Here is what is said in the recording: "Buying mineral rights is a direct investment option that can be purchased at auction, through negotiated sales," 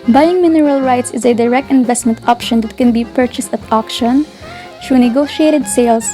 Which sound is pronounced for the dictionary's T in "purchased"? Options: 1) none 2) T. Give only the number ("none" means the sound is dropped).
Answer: 2